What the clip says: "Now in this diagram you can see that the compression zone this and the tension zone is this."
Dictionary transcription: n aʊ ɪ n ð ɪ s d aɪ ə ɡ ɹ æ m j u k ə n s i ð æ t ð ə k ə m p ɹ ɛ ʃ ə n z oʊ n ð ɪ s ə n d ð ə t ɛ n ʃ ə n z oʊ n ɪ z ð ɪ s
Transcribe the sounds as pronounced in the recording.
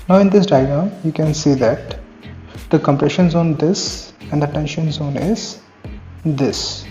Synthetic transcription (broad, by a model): n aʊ ɪ n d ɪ s d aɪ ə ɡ ʌ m j u k ə n s i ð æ t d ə k ə m p ɹ ɛ ʃ ə n z oʊ n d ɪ s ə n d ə t ɛ n ʃ ə n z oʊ n ɪ z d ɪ s